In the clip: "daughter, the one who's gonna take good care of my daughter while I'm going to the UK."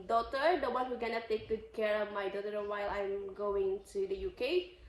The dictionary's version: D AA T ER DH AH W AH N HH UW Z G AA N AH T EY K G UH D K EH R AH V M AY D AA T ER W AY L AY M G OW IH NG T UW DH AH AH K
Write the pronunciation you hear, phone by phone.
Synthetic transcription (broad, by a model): D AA T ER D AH W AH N HH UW G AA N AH T EY K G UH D K EH R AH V M AY D AA T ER W AY L AY M G OW IH NG T UW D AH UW K